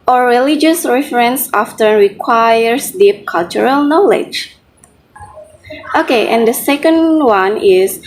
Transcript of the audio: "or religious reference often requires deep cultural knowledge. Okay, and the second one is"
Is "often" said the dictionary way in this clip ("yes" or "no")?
yes